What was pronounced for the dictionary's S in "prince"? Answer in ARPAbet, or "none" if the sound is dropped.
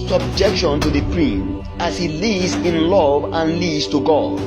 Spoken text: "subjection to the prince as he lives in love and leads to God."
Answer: none